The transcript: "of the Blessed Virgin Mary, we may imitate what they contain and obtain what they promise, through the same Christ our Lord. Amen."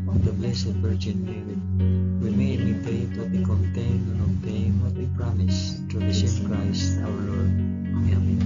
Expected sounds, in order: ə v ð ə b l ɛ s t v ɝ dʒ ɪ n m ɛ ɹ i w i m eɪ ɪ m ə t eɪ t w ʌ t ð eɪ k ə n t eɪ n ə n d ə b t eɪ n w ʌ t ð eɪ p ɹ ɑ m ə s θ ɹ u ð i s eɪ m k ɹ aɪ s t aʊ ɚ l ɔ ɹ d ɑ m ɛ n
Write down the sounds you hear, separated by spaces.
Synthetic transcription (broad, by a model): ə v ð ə b l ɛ s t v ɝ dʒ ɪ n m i w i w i m eɪ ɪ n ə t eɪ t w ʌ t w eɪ k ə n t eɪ ə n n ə t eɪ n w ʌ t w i p ɹ ɑ m ə s t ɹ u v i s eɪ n k ɹ aɪ s t aʊ ɚ l ɔ ɹ d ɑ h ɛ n